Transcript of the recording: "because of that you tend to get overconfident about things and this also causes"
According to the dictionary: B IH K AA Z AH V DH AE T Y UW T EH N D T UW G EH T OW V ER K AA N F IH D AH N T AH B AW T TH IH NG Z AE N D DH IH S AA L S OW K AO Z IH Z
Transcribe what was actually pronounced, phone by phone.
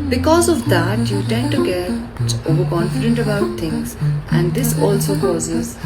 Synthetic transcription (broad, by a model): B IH K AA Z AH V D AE T Y UW T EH N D T UW G EH T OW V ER K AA N F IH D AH N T AH B AW T T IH NG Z AE N D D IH S AA L S OW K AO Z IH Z